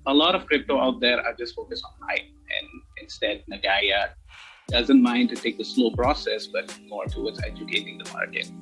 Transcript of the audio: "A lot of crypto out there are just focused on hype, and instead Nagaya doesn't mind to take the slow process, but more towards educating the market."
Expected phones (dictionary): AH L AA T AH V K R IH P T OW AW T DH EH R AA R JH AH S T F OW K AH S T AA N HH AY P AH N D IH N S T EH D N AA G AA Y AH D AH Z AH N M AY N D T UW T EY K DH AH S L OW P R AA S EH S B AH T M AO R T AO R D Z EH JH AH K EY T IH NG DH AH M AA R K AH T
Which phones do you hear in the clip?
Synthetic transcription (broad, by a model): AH L AA T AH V K R IH P T OW AW T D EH R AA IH JH AH S T F OW K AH S AA N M AY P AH N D IH N S T EH D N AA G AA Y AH D AH Z AH N M AY N D T UW T EY K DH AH S L OW P R AA S EH S B AH T M AO R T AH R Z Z EH JH AH K EY T IH NG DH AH M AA R K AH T